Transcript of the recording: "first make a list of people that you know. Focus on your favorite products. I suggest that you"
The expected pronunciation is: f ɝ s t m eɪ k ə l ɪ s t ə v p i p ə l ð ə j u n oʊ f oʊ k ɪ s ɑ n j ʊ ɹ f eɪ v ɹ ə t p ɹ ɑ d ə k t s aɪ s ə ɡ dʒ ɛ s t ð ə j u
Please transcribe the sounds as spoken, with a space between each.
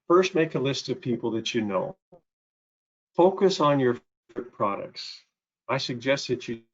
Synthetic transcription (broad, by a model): f ɝ s t m eɪ k ə l ɪ s t ə v p i p l ð ə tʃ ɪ n oʊ f oʊ k ɪ s n j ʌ ɹ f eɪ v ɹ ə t p ɹ ɑ d ə k t s aɪ s ə ɡ dʒ ɛ s t ð ə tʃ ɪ